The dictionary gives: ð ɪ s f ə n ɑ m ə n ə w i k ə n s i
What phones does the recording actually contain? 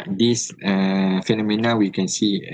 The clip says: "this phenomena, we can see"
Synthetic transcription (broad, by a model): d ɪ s f ə n ɑ m ə n ə w i k ə n s i